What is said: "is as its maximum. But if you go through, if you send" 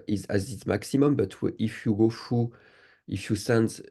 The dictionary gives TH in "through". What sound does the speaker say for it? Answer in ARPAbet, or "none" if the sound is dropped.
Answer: F